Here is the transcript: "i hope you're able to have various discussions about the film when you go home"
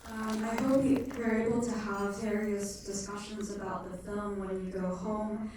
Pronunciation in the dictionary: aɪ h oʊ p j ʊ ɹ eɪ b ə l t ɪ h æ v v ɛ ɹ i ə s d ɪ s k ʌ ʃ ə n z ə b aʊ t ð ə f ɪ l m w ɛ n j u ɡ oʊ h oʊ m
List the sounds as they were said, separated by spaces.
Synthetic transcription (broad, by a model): aɪ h oʊ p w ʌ ɹ eɪ b l t ɪ h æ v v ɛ ɹ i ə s d ɪ s k ʌ ʃ ə n z ə b aʊ t ð ə f ɪ l m w ɛ n j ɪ ɡ oʊ h oʊ m